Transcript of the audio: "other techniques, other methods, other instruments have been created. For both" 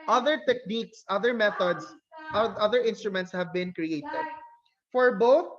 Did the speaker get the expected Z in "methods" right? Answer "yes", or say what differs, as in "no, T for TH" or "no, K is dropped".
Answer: no, S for Z